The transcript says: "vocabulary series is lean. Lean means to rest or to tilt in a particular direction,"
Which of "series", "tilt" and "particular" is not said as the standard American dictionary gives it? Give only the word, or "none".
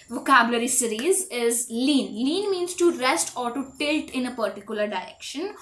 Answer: none